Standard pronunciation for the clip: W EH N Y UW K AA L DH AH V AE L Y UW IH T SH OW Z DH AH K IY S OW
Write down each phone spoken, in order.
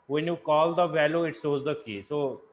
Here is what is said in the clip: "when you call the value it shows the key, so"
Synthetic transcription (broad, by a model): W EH N Y UW K AA L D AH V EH L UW IH T S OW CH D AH K IY S OW